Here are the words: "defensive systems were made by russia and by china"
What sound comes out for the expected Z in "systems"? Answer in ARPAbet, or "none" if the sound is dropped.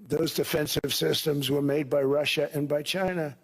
Z